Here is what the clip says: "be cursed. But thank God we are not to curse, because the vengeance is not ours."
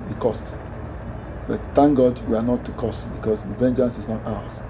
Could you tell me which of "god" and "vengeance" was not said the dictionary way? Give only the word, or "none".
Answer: none